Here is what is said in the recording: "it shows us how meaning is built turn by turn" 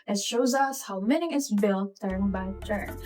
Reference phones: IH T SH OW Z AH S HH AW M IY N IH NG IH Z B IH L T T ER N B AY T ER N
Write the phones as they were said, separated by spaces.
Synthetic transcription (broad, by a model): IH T SH OW Z AH S HH AW M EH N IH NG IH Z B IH L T T ER N B AY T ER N